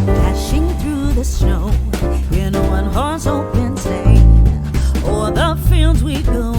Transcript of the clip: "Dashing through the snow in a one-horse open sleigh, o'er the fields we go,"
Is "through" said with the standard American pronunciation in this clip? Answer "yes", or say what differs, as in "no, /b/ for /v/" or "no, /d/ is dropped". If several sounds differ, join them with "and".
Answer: yes